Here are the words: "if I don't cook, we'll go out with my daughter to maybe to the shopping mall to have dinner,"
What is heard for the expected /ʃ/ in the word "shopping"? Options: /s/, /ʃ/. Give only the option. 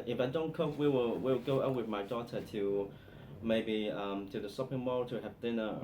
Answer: /s/